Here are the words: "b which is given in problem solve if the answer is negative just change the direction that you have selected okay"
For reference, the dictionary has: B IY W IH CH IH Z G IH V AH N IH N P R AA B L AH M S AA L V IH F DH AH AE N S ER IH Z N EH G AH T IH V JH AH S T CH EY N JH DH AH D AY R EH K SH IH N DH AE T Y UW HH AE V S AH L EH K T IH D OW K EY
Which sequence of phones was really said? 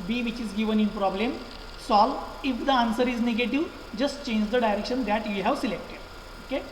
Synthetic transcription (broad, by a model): B IY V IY CH IH Z G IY V AH N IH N P R AA B L AH M S AA L IH F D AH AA N S ER IH Z N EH G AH T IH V JH AH S T CH EY N JH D AH D AY R EH K SH IH N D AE T Y UW HH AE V S AH L EH K T IH D OW K EY